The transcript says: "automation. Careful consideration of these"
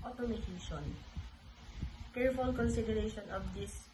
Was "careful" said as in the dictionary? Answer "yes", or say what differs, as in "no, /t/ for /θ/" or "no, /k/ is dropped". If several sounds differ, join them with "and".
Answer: yes